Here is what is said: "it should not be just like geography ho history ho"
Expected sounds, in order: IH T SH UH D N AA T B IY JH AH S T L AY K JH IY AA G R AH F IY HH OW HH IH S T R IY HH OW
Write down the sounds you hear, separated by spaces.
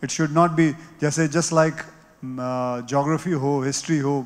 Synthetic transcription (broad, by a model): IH T SH UH D N AA T B IY JH AH S T L AY K JH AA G R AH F IY HH OW HH IH S T R IY HH OW